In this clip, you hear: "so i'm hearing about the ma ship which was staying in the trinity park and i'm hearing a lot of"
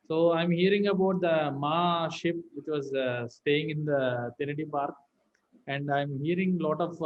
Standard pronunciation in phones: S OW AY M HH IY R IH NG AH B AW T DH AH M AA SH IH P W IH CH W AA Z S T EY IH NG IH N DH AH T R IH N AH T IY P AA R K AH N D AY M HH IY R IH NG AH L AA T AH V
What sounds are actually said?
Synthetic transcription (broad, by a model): S OW AY M HH IY R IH NG AH B AW T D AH M AA SH IH P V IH CH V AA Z S T EY IH NG IH N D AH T IH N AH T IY P AA R K AH N D AY M HH IY R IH NG L AA T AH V